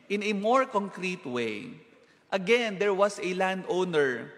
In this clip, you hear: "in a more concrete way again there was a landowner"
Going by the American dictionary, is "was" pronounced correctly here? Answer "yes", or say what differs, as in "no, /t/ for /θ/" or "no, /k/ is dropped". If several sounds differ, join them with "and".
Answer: no, /s/ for /z/